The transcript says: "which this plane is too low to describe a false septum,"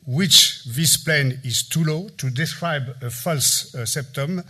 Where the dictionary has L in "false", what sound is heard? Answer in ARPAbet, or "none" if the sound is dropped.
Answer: L